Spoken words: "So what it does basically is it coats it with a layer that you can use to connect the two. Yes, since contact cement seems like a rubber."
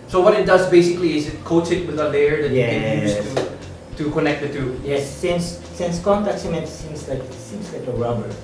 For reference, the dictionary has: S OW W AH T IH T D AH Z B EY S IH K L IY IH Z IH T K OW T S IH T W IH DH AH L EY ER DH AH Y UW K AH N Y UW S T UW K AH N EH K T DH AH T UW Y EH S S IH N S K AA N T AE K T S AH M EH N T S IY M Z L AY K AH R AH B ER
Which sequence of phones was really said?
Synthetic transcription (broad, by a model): S OW W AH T IH T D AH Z B EY S IH K L IY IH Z IH T K OW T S IH T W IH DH AH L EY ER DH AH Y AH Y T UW T UW K AH N EH K T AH T UW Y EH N S IH N S K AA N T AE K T S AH M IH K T S IY M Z L AY K AH R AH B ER